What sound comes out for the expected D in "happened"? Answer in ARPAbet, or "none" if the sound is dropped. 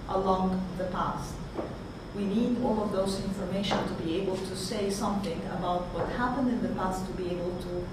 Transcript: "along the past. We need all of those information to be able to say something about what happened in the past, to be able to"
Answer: D